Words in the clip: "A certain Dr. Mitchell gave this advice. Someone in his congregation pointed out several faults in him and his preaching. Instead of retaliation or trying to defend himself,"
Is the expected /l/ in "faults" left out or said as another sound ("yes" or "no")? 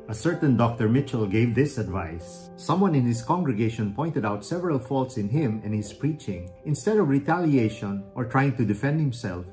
no